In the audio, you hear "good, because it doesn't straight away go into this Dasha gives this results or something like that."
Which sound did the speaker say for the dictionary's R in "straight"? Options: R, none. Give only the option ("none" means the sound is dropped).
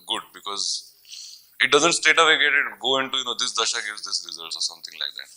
none